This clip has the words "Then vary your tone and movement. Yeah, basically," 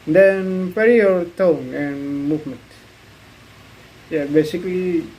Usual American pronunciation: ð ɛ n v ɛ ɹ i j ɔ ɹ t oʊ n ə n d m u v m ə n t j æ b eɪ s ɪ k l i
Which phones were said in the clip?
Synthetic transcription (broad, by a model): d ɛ n p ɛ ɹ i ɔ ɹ t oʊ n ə n m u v m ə n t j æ b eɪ s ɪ k l i